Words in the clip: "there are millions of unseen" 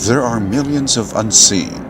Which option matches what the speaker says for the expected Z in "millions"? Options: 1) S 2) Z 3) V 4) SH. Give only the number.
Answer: 2